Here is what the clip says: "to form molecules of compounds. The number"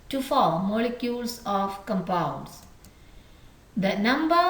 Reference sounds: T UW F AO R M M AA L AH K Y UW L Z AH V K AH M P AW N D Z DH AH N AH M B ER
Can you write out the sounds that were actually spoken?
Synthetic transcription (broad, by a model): T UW F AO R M M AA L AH K Y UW L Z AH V K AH M P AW D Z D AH N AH M B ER